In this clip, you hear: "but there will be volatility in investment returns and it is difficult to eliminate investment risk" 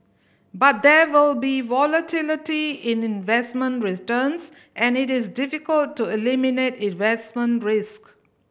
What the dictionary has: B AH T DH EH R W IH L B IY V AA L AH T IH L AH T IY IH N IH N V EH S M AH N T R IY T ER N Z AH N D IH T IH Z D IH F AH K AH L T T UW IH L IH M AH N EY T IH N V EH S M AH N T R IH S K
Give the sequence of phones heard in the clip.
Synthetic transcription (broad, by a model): B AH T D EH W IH L B IY V AA L AH T IH L AH T IY IH N IH N V EH S M AH N T R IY T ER N S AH N IH T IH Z D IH F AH K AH L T T UW IH L IH M AH N EY T IH N V EH S M AH N T R IH S K